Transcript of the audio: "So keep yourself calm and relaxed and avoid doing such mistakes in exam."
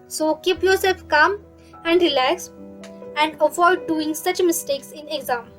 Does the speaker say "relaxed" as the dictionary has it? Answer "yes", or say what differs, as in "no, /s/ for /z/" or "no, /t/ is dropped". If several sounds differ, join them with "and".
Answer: no, /t/ is dropped